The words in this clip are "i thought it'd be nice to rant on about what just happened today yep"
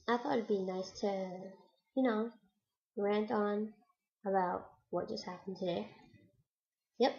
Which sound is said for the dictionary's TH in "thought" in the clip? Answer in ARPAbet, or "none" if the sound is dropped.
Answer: TH